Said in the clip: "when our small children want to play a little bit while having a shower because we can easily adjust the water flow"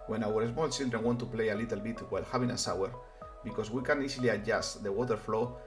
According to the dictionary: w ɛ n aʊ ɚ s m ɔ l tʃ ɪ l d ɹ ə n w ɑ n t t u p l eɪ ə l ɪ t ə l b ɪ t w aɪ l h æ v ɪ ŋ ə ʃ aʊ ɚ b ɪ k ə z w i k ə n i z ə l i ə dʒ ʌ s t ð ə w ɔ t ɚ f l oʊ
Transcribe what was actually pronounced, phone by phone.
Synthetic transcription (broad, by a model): w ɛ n aʊ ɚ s m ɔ l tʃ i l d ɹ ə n w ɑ n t t u p l eɪ ə l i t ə l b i t w aɪ l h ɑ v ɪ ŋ ə s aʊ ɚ b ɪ k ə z w i k ə n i s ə l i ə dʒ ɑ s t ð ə w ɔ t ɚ f l oʊ